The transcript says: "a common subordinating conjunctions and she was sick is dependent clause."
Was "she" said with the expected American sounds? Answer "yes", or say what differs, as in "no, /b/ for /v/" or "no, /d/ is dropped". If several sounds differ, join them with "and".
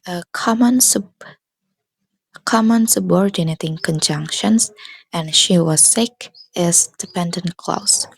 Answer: yes